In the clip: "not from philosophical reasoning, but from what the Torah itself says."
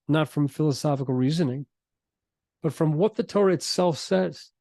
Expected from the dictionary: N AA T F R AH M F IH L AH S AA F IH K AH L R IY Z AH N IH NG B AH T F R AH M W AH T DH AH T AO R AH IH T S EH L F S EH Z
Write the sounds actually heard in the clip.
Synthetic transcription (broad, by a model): N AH T F R AH M F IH L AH S AA F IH K L R IY Z AH N IH NG B AH T F R AH M W AH T DH AH T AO R IH T S EH L F S EH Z